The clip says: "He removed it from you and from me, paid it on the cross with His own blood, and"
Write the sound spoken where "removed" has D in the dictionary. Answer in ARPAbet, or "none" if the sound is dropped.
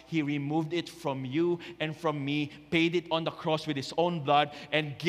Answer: D